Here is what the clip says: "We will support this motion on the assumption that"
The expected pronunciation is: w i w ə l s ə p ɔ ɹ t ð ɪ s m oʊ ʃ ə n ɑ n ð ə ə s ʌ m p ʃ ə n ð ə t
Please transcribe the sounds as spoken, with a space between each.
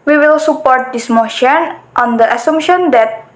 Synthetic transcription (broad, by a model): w i w ə l s ə p ɔ ɹ t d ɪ s m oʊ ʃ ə n ɑ n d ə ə s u m ʃ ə n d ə t